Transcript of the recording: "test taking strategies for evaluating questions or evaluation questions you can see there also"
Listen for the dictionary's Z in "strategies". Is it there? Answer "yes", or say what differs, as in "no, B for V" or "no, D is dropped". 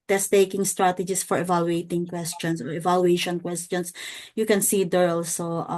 no, S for Z